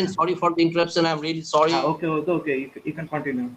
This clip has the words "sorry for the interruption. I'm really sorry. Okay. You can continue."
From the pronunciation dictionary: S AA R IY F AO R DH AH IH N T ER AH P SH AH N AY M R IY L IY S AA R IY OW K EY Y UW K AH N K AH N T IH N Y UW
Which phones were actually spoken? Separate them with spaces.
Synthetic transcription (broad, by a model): S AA R IY F AO R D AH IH N T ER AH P S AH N AY M R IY L IY S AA R IY OW K EY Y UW K AH N K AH N T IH N Y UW